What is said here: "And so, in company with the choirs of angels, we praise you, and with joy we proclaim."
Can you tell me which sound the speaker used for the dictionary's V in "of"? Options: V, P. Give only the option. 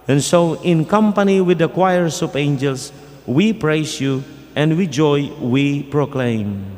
P